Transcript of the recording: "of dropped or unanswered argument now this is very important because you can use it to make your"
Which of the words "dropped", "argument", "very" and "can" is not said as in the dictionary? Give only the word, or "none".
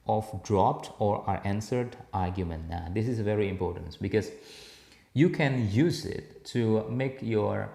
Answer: none